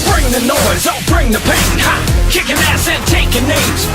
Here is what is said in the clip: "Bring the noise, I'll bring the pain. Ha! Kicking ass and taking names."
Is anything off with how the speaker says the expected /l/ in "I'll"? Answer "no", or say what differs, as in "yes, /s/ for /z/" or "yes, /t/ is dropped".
yes, /n/ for /l/